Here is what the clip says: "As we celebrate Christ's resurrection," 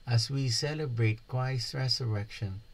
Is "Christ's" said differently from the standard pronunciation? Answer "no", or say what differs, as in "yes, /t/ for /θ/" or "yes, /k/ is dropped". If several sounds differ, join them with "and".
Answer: yes, /w/ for /ɹ/